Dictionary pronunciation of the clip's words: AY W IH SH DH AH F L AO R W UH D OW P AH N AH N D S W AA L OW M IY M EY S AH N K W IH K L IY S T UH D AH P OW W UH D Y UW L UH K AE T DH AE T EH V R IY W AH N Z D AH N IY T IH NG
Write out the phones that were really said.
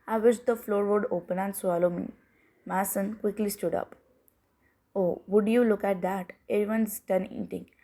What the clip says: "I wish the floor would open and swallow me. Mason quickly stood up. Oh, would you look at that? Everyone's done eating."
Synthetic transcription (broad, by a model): AY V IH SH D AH F L AO R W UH D OW P AH N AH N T S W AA L OW M IY M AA S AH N K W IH K L IY S T UH D AH P OW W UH D Y UW L UH K AE T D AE T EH R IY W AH N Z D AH N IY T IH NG